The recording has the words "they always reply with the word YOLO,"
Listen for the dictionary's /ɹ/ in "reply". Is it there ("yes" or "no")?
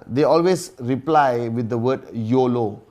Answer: yes